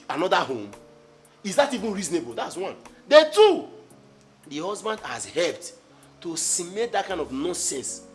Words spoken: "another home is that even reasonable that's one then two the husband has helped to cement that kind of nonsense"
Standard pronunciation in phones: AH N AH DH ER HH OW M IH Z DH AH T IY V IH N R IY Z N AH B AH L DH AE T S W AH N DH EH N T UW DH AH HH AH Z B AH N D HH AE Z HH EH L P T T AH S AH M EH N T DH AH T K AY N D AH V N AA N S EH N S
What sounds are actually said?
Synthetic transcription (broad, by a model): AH N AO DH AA HH OW M IH Z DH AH T IY V IH N R IY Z N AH B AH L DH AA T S W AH N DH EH T UW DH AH HH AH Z B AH N D HH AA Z HH EH L P T T AH S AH M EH T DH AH T K AY N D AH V N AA N S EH N S